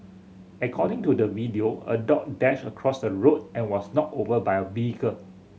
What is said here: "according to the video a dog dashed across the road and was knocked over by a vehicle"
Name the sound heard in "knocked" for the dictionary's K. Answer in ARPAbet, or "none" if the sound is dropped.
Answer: none